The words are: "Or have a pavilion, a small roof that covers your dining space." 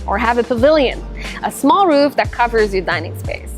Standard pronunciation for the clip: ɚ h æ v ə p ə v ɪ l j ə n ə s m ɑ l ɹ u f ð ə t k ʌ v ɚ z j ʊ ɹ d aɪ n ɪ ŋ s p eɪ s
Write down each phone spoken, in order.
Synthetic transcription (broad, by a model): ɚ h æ v ə p ə v ɪ l j ə n ə s m ɑ l ɹ u f ð ə t k ʌ v ɚ z j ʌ ɹ d aɪ n ɪ ŋ s p eɪ s